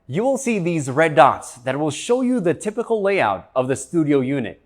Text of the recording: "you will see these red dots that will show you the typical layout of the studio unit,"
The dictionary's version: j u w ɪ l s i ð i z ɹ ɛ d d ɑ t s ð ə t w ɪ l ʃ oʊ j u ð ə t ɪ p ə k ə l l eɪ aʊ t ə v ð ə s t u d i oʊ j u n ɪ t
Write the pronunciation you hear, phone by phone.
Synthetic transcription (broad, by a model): j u w ɪ l s i ð i z ɹ ɛ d d ɑ t s ð ə t w ɪ l ʃ oʊ j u ð ə t ɪ p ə k l l eɪ aʊ t ə v ð ə s t u d i oʊ j u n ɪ t